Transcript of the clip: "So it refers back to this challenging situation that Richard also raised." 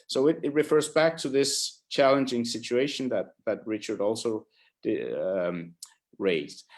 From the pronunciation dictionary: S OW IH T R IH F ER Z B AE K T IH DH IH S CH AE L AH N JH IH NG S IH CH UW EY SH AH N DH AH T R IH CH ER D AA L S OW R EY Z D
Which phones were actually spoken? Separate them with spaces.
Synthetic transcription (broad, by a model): S OW IH T R IH F ER Z B AE K T IH DH IH S CH AE L AH N JH IH NG S IH CH UW EY SH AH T DH AH T R IH CH ER D AA L S OW R EY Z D